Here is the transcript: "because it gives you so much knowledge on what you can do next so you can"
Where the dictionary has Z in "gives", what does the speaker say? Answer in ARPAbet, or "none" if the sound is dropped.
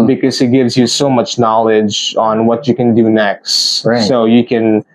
Z